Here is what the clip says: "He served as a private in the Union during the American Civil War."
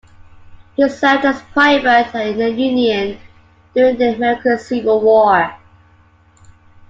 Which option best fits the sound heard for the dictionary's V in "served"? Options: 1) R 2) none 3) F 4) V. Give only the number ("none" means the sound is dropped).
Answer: 2